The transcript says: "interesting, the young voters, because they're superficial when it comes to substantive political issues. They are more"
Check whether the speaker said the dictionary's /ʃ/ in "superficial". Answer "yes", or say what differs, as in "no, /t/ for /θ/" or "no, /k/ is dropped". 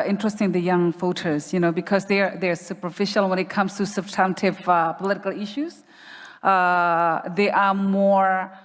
yes